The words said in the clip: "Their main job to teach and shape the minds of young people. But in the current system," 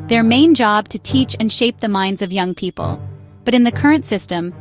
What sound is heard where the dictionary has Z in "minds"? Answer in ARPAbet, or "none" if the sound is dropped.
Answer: Z